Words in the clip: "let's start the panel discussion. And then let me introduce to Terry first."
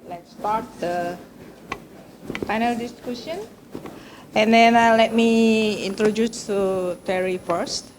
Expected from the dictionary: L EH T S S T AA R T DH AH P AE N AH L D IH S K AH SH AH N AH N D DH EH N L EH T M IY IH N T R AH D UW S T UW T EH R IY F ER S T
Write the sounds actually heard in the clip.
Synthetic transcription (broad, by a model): L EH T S S T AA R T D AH F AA N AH L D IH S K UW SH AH N AH N D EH N L EH T M IY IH N T R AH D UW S T UW T EH R IY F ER S T